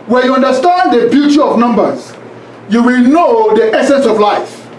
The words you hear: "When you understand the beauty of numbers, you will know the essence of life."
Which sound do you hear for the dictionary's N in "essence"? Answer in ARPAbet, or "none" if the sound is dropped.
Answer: N